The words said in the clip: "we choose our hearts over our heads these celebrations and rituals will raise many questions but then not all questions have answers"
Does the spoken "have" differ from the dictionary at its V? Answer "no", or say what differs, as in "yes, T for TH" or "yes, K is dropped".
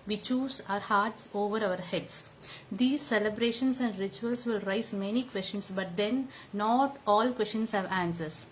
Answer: no